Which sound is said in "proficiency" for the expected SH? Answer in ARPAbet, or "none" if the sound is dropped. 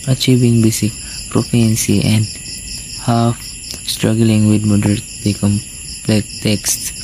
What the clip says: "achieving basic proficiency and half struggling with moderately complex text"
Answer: none